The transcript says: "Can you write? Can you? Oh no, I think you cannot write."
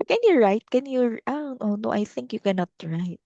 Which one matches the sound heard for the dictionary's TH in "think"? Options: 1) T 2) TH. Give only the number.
2